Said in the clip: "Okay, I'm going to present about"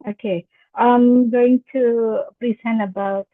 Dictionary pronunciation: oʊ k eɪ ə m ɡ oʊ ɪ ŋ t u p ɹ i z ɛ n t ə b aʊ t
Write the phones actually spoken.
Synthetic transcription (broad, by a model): oʊ k eɪ ə m ɡ oʊ ɪ ŋ t u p ɹ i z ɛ n ə b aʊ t